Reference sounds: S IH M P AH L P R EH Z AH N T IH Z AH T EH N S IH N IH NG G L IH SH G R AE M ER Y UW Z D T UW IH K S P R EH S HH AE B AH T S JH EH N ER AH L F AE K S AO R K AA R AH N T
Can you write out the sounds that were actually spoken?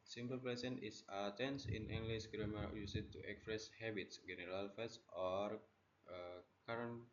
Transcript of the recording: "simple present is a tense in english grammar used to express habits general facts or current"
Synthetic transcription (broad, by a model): S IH M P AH L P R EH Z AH N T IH S AH T EH N S IH N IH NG G L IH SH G R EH M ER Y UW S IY T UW IH K S P R EH S HH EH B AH T S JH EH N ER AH L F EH S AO R K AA R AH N